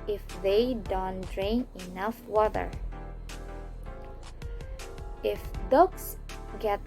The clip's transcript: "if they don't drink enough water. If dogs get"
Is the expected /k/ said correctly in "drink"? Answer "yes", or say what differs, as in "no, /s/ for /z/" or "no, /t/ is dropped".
no, /k/ is dropped